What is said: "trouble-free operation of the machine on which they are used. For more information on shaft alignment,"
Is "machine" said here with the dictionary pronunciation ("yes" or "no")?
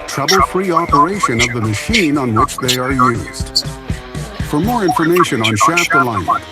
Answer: yes